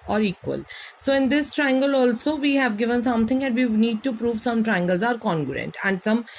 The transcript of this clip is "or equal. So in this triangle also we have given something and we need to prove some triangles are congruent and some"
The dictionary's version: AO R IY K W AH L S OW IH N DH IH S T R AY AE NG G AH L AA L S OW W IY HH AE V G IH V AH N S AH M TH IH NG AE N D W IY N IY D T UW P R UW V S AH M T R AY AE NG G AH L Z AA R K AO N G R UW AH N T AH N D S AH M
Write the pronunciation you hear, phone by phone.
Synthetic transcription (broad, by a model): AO R IY K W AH L S OW IH N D IH S T R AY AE NG G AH L AA L S OW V IY HH AE V G IH V AH N S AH M T IH NG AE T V IY N IY D T UW P R UW V S AH M T R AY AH NG G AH L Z AA R K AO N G R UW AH N T AH N D S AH M